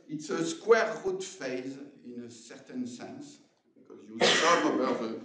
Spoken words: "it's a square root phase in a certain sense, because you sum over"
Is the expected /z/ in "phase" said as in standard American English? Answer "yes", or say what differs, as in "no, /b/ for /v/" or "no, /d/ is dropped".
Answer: yes